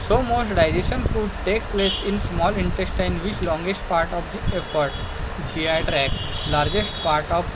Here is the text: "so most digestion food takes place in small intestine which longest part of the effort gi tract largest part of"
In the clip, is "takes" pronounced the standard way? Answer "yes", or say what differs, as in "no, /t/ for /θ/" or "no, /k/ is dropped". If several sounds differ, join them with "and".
no, /s/ is dropped